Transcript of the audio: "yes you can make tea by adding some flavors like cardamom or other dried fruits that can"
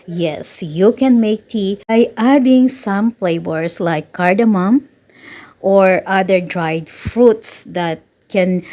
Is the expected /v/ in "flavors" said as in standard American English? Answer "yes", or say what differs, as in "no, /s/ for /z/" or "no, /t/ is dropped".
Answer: no, /b/ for /v/